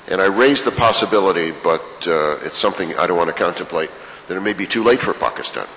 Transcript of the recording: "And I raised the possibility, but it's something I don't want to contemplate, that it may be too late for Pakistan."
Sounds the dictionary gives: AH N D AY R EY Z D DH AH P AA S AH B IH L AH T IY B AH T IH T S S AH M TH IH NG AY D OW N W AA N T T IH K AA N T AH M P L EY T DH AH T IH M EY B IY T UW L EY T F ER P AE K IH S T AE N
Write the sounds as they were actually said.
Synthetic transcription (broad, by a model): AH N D AY R EY Z DH AH P AA S AH B IH L AH T IY B AH T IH T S S AH M TH IH NG AY D OW N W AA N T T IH K AA N T AH M P L EY T DH AH T IH M EY B IY T UW L EY T F ER P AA K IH S T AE N